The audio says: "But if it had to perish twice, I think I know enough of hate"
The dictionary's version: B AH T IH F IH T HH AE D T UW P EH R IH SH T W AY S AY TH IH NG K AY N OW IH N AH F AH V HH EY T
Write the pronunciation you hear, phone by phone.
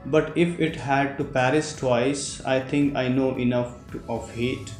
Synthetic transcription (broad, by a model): B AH T IH F IH T HH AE D T UW P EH R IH S T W AY S AY T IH NG K AY N OW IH N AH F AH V HH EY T